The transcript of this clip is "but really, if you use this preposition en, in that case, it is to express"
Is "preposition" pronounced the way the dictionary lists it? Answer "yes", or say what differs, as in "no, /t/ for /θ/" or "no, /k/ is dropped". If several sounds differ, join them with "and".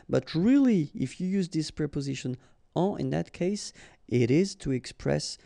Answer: yes